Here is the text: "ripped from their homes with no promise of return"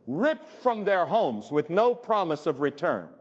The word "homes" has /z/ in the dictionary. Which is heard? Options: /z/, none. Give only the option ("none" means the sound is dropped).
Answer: /z/